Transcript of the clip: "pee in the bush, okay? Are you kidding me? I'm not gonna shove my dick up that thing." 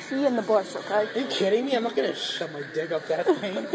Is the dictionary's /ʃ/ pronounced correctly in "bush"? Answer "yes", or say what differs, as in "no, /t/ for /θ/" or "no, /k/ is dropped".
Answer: no, /s/ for /ʃ/